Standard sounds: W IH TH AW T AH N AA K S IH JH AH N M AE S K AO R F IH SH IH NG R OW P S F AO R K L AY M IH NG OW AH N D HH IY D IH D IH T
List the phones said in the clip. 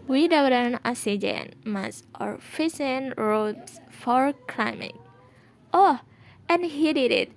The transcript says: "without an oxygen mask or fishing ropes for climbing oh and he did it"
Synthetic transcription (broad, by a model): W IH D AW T AH N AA S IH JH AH N M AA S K AO R F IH S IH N R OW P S F AO R K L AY M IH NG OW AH N HH IY D IH D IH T